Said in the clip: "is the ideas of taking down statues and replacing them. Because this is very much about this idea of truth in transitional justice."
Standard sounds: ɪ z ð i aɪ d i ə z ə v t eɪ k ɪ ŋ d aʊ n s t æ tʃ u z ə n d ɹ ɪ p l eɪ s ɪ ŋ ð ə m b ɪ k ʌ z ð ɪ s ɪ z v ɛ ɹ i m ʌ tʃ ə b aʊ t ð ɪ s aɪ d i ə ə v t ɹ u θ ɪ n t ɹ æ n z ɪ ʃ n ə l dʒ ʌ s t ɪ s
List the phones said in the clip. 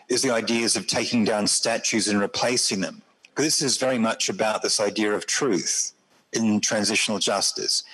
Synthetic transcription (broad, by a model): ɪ z ð i aɪ d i z ə v t eɪ k ɪ ŋ d aʊ n s t æ tʃ u z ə n ɹ ɪ p l eɪ s ɪ ŋ ð ə m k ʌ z ð ɪ s ɪ z v ɛ ɹ i m ʌ tʃ ə b aʊ t ð ɪ s aɪ d i ə ə v t ɹ u θ ɪ n t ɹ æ n z ɪ ʃ n l dʒ ʌ s t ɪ s